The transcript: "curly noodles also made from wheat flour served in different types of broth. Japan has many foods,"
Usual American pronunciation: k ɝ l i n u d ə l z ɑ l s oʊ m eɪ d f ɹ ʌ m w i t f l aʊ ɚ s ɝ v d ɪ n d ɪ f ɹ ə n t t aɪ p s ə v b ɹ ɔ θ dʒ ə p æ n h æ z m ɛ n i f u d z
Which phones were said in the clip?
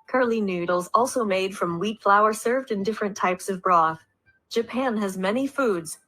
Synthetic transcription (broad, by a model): k ɝ l i n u d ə l z ɑ l s oʊ m eɪ d f ɹ ʌ m w i t f l aʊ ɚ s ɝ v d ɪ n d ɪ f ɹ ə n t t aɪ p s ə v b ɹ ɔ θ dʒ ə p æ n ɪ z m ɛ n i f u d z